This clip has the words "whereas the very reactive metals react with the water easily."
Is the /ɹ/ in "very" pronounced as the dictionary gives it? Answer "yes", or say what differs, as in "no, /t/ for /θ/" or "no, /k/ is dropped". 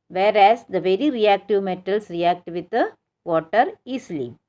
yes